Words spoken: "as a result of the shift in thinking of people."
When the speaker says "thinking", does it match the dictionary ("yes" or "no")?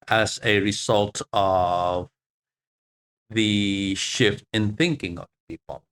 yes